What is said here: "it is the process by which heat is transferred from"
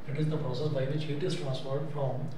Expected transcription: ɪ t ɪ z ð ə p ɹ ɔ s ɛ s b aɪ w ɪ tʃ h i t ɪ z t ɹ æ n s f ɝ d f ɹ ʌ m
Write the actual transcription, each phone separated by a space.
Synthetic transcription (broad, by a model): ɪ t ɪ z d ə p ɹ ɔ s ɛ s b aɪ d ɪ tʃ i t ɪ s t ɹ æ n s p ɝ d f ɹ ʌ m